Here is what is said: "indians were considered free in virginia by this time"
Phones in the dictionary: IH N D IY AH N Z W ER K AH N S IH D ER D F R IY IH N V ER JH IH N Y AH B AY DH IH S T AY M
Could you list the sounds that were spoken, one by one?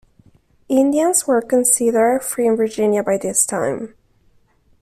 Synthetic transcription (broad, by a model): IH N D IY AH N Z W ER K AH N S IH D ER F R IY IH N V ER JH IH N Y AH B AY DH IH S T AY M